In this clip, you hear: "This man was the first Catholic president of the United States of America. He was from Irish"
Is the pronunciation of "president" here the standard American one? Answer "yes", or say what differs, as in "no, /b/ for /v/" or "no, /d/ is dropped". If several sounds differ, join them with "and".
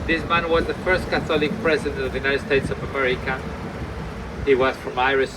yes